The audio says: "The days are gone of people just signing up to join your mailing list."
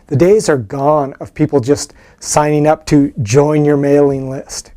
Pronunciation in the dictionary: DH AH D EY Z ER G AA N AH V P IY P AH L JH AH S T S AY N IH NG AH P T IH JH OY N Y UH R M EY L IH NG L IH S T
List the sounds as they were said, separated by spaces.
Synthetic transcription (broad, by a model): DH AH D EY Z ER G AA N AH V P IY P L JH AH S T S AY N IH NG AH P T IH JH OY N Y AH R M EY L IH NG L IH S T